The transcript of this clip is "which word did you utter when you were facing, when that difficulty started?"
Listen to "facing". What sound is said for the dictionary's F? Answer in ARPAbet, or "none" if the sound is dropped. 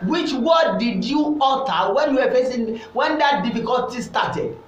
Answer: P